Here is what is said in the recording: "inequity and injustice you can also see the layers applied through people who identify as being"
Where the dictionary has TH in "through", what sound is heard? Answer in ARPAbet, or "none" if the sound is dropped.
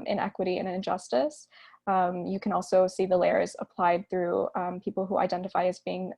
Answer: TH